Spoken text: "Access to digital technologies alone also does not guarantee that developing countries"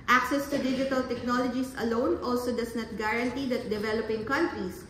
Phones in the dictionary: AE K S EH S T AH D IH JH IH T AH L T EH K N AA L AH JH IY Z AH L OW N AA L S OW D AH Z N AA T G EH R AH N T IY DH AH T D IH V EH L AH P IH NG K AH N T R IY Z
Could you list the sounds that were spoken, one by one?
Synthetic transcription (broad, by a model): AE K S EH S T AH D IH JH IH T AH L T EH K N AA L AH JH IY S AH L OW N AA L S OW D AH S N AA T G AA R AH N T IY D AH T D IH V EH L AH P IH NG K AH N T R IY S